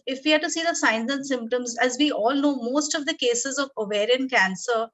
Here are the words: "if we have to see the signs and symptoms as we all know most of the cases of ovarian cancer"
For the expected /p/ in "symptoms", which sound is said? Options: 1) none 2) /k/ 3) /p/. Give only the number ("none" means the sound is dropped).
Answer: 3